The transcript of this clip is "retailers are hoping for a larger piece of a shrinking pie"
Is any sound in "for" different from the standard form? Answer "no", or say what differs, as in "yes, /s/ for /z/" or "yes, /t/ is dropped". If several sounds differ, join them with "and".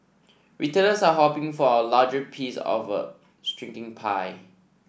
yes, /w/ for /ɹ/